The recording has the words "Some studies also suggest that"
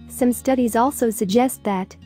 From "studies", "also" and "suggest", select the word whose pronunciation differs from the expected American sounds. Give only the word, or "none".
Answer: none